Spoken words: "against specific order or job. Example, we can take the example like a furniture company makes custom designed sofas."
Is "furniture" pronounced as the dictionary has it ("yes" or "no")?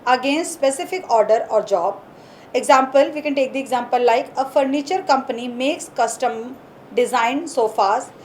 yes